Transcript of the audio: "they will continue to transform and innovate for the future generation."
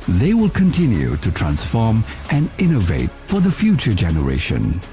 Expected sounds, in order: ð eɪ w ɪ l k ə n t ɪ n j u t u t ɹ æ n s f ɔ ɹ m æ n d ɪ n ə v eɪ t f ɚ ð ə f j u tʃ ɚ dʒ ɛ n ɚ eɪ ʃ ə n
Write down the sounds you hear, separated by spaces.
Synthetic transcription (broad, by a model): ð eɪ w ɪ l k ə n t ɪ n j u t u t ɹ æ n s f ɔ ɹ m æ n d ɪ n ə v eɪ t f ɚ ð ə f j u tʃ ɚ dʒ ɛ n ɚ eɪ ʃ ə n